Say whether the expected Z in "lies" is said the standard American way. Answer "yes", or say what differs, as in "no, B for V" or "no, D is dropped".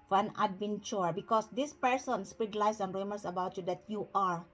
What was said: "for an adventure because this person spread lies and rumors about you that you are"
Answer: no, S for Z